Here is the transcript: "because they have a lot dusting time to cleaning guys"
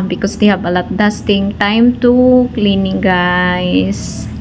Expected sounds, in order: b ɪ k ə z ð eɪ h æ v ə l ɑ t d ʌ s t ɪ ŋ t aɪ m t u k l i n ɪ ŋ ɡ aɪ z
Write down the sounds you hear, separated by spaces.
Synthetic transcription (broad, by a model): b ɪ k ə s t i h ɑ b ə l ɑ t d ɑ s t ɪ ŋ t aɪ m t u k l i n ɪ ŋ ɡ aɪ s